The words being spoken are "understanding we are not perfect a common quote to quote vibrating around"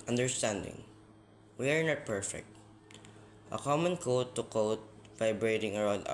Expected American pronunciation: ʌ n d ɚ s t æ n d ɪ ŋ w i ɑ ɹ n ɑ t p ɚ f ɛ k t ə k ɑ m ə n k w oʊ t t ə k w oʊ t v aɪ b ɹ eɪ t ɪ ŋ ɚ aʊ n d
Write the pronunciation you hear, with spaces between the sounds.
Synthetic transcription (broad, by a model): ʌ n d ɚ s t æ n d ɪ ŋ w i ɑ ɹ n ɑ t p ɚ f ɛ k t ə k ɑ m ə n k oʊ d t ə k oʊ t v aɪ b ɹ eɪ t ɪ ŋ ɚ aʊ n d